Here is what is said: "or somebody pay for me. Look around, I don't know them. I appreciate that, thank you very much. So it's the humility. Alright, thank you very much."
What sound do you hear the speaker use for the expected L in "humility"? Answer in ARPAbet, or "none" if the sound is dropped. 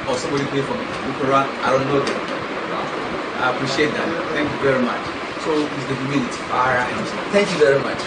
N